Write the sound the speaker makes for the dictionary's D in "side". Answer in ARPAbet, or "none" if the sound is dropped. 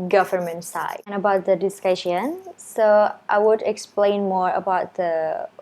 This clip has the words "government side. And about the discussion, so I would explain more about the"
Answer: none